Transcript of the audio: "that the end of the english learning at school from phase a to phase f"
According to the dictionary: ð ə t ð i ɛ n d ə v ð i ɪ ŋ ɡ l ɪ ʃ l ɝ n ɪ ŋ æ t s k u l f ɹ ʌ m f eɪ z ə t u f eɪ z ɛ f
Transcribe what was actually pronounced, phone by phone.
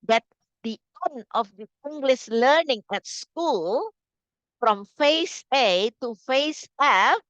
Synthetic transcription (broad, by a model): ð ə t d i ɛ n ə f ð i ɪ ŋ ɡ l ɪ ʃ l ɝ n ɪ ŋ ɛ t s k u l f ɹ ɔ m f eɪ s ə t u f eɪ s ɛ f